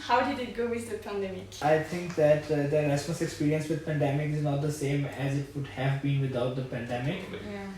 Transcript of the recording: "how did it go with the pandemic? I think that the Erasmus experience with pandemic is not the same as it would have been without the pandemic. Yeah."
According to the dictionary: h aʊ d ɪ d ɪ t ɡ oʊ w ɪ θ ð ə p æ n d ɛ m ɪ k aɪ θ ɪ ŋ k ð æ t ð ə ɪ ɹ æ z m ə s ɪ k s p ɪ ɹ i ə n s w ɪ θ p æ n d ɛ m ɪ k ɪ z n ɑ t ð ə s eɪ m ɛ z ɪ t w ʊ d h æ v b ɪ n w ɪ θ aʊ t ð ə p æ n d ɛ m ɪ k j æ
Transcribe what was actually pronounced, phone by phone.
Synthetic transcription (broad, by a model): h aʊ d ɪ d ɪ t ɡ oʊ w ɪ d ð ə p æ n d ɛ m ɪ k aɪ t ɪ ŋ k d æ t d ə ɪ ɹ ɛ s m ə s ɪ k s p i ɹ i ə n s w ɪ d p æ n d ɛ m ɪ k ɪ z n ɑ t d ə s eɪ m ɛ z ɪ t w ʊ d h æ v b ɪ n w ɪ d aʊ t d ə p æ n d ɛ m ɪ k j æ